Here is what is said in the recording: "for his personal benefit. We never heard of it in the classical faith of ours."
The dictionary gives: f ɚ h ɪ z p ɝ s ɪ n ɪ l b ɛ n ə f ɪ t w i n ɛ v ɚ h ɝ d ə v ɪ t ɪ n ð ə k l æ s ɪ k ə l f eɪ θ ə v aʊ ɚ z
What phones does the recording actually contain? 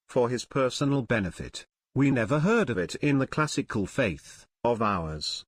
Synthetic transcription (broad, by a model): f ɚ ɪ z p ɝ s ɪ n l b ɛ n ə f ɪ t w i n ɛ v ɚ h ɝ d ə v ɪ t ɪ n ð ə k l æ s ɪ k ə l f eɪ θ ə v aʊ ɚ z